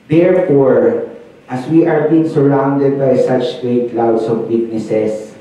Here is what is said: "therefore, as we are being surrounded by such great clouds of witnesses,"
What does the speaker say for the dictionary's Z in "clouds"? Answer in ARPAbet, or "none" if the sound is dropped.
S